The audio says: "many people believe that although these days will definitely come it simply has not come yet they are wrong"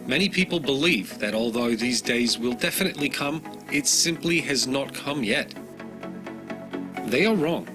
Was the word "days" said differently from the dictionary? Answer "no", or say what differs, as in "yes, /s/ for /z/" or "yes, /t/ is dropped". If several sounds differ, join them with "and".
no